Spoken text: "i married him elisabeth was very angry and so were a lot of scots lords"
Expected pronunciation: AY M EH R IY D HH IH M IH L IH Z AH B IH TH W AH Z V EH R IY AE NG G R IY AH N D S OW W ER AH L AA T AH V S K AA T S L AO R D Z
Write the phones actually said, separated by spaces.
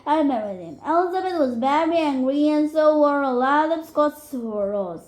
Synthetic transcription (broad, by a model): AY M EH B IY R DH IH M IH L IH Z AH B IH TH W AH Z B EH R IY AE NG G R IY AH N S OW W ER AH L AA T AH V S K AA T S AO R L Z